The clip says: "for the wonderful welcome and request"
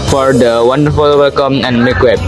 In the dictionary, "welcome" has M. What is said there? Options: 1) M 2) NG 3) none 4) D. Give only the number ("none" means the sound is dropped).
1